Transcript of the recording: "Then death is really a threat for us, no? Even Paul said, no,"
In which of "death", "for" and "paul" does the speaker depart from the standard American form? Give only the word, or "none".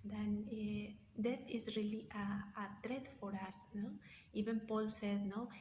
death